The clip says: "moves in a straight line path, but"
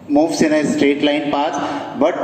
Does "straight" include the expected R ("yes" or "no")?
yes